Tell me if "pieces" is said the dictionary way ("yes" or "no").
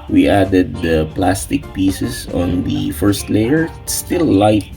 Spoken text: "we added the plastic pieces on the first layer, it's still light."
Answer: no